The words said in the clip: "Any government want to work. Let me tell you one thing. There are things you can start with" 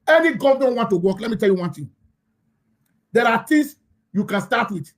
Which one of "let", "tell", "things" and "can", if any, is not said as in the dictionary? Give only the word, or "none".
things